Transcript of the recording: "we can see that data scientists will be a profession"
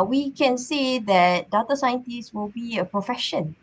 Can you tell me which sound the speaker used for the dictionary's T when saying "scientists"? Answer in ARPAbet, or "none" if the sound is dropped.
T